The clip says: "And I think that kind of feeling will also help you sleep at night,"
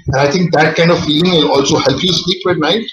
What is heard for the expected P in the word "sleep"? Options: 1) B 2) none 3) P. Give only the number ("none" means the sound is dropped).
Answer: 1